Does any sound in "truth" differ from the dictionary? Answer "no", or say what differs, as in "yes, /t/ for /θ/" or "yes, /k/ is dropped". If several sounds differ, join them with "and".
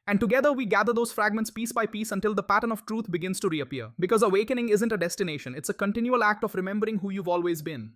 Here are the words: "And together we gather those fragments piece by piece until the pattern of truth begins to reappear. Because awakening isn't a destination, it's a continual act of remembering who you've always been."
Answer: yes, /t/ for /θ/